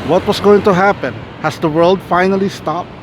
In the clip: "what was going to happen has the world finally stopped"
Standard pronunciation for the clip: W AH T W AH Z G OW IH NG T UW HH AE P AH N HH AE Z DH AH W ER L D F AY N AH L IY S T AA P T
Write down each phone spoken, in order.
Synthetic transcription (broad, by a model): W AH T W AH S G OW IH NG T UW HH AE P AH N HH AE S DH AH W ER L D F AY N AH L IY S T AA P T